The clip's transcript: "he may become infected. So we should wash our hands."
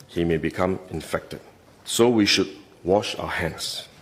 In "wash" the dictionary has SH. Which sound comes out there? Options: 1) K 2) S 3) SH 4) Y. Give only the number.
3